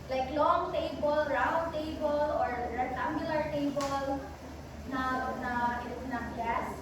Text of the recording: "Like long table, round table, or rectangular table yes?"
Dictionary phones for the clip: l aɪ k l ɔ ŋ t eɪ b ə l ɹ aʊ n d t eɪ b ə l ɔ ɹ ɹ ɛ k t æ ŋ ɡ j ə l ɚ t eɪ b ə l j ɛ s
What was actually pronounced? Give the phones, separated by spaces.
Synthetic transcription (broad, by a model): l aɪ k l ɔ ŋ t eɪ b ə l ɹ aʊ n d t eɪ b ə l ɔ ɹ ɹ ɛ t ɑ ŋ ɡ j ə l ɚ t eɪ b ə l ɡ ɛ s